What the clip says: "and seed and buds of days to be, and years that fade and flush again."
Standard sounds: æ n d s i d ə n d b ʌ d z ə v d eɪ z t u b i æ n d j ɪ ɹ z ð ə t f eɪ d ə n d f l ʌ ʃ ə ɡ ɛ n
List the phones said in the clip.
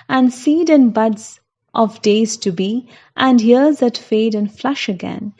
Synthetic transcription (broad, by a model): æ n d s i d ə n b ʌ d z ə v d eɪ z t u b i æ n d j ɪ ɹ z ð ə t f eɪ d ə n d f l ʌ ʃ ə ɡ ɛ n